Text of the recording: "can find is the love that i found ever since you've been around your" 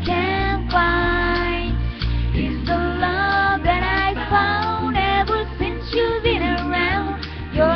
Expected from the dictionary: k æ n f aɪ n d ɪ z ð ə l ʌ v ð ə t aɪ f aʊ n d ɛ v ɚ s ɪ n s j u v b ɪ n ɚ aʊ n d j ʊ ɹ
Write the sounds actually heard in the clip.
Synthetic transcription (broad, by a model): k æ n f aɪ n ɪ z ð ə l ʌ v ð ə t aɪ f aʊ n d ɛ v ɚ s ɪ n s j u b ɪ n ɚ aʊ n d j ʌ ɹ